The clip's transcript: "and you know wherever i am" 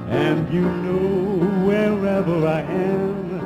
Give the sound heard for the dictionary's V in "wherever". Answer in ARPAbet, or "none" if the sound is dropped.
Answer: V